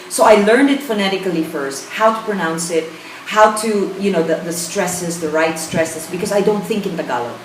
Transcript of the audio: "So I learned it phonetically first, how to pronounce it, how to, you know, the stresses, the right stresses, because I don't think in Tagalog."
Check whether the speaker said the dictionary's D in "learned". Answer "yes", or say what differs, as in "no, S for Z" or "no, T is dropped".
yes